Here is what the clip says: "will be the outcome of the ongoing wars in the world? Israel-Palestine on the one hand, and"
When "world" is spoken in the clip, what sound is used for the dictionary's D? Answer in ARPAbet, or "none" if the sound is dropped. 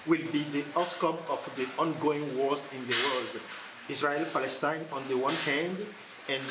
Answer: D